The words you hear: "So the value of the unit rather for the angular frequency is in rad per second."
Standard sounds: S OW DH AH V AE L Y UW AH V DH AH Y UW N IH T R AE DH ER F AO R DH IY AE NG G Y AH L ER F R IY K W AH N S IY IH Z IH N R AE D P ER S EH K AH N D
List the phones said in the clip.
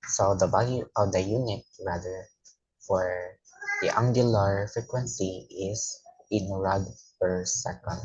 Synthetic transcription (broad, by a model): S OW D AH B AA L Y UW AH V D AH Y UW N IH T R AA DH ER F AO R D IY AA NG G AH L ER F R IY K W AH N S IY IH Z IH N R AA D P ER S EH K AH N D